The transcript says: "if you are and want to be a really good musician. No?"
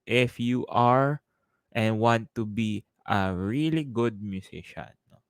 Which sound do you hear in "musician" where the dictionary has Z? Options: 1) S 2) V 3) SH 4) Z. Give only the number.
1